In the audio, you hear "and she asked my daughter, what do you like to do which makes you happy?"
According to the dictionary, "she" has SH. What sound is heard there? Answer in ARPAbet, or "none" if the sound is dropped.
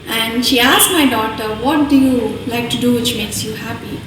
SH